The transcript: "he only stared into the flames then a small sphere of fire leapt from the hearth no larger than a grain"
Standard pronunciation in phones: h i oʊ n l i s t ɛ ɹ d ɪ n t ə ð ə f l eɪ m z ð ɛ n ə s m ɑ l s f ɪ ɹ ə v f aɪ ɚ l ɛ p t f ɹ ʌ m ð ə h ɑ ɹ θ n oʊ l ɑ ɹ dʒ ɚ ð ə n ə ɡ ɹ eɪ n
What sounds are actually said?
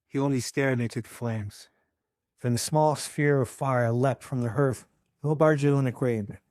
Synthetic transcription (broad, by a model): h i oʊ n l i s t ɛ ɹ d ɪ t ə ð ə f l eɪ m z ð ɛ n ə s m ɑ l s f ɪ ɹ ə v f aɪ ɚ l ɛ p t f ɹ ʌ m ð ə h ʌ ɹ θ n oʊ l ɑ ɹ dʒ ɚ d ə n ə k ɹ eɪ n